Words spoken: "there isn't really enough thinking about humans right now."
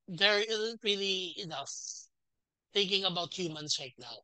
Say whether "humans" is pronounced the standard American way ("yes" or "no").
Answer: no